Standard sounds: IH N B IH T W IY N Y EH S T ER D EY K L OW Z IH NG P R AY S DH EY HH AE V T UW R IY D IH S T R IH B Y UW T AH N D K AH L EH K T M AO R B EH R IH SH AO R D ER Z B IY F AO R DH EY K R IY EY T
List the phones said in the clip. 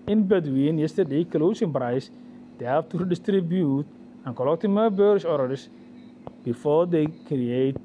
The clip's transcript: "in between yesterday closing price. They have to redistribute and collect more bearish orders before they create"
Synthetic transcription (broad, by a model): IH N B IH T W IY N Y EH S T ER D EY K L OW S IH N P R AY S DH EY HH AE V T UW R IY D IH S T R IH B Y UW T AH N K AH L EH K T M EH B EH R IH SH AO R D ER S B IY F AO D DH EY K R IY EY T